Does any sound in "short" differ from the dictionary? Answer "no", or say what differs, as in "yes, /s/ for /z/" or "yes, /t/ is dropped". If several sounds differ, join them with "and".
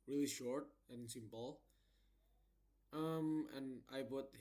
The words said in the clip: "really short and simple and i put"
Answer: no